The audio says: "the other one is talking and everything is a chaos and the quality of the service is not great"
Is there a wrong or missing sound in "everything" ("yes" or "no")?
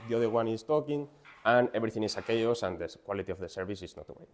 yes